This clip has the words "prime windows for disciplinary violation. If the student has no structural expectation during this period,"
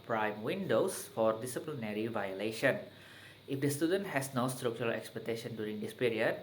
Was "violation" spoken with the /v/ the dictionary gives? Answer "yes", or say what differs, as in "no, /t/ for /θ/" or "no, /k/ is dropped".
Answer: yes